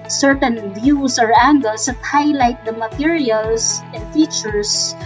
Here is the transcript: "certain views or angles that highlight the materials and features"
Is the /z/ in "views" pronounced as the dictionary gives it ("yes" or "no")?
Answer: no